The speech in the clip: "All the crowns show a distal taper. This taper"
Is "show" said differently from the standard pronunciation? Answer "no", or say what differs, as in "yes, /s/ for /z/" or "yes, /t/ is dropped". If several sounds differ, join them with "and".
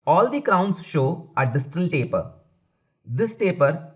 no